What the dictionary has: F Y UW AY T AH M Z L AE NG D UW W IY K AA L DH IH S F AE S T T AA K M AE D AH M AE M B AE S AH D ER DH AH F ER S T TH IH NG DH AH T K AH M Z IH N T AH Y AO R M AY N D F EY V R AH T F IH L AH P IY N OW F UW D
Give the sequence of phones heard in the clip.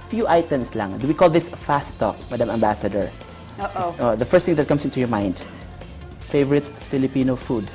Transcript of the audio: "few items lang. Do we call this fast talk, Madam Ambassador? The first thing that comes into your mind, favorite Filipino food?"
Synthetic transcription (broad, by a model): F Y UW AY T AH M S L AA NG D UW W IY K AA L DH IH S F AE S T T AA K M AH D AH M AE M B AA S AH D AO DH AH F ER S T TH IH NG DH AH T K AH M S IH N T AH Y AO R M AY N D F EY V R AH T F IH L AH P IY N OW F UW D